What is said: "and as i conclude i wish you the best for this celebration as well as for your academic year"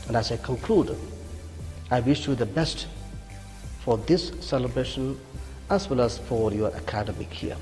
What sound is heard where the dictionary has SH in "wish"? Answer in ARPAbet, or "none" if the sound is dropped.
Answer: SH